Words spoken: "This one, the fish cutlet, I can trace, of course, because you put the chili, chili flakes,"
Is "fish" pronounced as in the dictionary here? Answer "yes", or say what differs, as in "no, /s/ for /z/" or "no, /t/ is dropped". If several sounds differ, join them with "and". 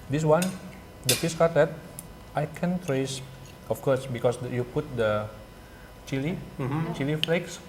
no, /s/ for /ʃ/